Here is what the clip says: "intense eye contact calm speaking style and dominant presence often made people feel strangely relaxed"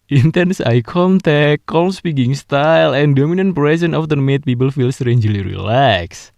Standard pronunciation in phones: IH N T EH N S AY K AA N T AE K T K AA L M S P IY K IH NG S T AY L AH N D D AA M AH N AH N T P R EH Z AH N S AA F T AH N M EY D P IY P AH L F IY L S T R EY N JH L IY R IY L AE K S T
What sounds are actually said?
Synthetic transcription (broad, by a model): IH N T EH N S AY K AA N T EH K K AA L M S P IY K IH NG S T AY L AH N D D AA M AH N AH N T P R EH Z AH N AA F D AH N M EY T P IY P AH L F IY L S T R EY N JH L IY R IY L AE K S